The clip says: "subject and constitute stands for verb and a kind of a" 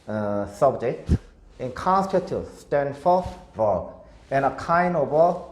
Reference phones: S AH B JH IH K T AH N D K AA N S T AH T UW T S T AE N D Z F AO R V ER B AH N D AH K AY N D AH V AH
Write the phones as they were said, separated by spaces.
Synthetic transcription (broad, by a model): S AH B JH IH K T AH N K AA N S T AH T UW S T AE N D F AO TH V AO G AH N AH K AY N AH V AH